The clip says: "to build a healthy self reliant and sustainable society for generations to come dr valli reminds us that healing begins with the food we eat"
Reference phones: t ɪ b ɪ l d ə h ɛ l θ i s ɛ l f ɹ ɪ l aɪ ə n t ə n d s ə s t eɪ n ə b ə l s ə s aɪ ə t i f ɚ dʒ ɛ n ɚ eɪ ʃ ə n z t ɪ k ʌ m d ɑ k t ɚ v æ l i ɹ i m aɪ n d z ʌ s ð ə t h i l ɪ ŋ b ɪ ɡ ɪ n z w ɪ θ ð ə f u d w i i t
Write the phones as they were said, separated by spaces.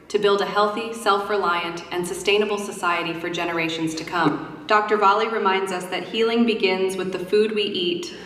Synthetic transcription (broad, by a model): t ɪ b ɪ l d ə h ɛ l θ i s ɛ l f ɹ ɪ l aɪ ə n t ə n s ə s t eɪ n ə b l s ə s aɪ ə t i f ɚ dʒ ɛ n ɚ eɪ ʃ n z t ɪ k ʌ m d ɑ k t ɚ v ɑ l i ɹ i m aɪ n d z ʌ s ð ə t h i l ɪ ŋ b ɪ ɡ ɪ n z w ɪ ð ə f u d w i i t